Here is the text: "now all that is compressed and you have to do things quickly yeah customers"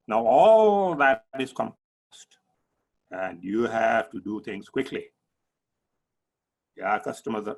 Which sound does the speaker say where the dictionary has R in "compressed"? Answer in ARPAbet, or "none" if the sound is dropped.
none